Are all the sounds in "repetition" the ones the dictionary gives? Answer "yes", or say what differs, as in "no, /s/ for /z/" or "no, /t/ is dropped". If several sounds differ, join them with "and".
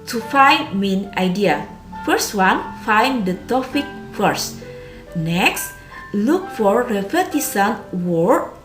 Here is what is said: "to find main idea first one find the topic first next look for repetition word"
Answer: no, /s/ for /ʃ/